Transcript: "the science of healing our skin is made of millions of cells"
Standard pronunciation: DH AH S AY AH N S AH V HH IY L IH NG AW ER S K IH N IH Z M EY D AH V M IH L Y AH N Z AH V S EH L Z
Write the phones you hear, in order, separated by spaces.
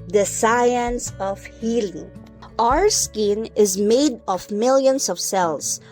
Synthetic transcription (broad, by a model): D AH S AY AH N S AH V HH IY L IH NG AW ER S K IH N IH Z M EY D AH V M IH L Y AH N S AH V S EH L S